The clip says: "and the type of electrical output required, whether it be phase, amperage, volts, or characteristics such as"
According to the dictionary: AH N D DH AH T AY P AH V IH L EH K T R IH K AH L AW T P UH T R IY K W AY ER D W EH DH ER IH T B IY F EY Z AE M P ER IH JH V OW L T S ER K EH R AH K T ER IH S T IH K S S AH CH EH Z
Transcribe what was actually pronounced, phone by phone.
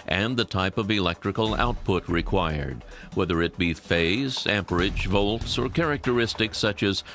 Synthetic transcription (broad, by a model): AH N DH AH T AY P AH V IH L EH K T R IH K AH L AW T P UH T R IY K W AY ER D W EH DH ER IH T B IY F EY Z AE M P ER IH JH V OW L T S ER K EH R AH K T ER IH S T IH K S S AH CH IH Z